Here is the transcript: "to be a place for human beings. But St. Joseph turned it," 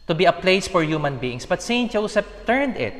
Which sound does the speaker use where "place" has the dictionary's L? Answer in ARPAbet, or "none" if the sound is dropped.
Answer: L